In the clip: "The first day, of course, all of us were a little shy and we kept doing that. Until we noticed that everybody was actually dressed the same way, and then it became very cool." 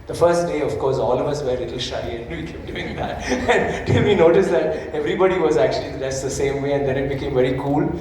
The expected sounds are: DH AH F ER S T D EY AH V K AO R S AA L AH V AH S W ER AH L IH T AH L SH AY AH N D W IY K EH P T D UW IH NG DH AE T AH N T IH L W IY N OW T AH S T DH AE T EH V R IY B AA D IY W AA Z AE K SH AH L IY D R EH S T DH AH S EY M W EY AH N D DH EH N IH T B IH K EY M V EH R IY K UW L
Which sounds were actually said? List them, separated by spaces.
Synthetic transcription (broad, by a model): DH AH F ER S T D EY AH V K AO R S AA L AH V AH S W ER L IH T L SH AY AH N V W IY K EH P D UW IH NG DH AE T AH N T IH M IY N OW T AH S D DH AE T EH V R IY B AA D IY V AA Z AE K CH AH L IY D AE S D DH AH S EY M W EY AH N D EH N IH T B IH K EY M V EH R IY K UW L